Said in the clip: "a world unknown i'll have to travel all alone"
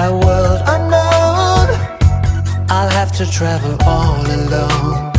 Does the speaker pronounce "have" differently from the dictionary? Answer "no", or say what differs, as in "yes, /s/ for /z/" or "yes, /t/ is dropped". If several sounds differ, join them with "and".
yes, /f/ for /v/